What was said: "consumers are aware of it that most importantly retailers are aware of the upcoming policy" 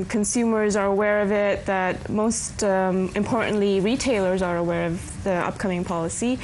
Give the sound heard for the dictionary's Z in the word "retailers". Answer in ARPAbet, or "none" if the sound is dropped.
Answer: Z